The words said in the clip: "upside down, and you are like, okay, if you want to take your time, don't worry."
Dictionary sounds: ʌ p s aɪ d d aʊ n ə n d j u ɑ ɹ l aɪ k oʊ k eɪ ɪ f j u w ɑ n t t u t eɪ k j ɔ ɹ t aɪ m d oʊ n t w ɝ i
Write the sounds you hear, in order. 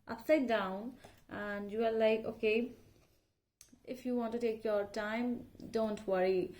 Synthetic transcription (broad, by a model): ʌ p s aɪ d d aʊ n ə n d j u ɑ l l aɪ k oʊ k eɪ ɪ f j u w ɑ n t t u t eɪ k j ɔ ɹ t aɪ m d oʊ n t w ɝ i